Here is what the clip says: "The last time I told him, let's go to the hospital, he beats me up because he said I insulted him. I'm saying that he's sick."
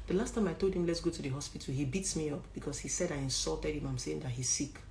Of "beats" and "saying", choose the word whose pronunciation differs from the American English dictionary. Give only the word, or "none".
none